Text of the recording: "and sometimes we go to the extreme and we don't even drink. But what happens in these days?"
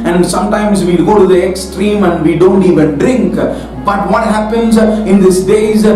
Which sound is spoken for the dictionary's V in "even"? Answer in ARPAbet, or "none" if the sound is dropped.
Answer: V